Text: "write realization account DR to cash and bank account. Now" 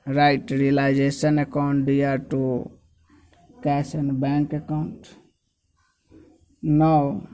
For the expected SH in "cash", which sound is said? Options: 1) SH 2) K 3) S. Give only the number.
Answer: 3